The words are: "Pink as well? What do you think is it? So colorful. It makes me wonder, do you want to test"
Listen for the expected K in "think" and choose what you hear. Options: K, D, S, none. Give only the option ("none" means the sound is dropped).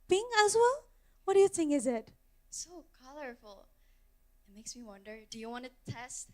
none